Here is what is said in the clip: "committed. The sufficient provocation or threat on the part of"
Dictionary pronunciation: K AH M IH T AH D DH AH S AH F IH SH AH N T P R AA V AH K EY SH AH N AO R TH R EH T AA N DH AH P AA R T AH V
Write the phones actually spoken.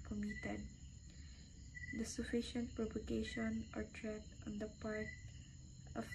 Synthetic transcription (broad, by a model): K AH M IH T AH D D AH S AH F IH SH AH N T P R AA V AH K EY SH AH N AO R T R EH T AA N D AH P AA R T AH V